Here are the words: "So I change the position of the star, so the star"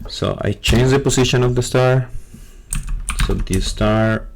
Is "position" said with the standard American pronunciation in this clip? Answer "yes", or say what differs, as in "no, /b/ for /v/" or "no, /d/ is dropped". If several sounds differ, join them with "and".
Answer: no, /s/ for /z/